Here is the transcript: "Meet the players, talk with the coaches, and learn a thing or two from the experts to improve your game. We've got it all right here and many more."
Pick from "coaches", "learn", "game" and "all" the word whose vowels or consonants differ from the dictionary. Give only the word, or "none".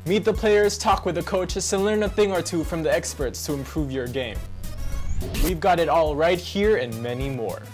coaches